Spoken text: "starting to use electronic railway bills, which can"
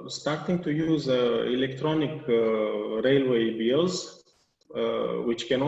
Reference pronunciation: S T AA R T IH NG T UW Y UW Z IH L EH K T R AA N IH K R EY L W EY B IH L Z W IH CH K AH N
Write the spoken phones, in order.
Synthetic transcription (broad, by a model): S T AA R T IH NG T UW Y UW Z IH L EH K T R AA N IH K R EY L W EY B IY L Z W IH CH K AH N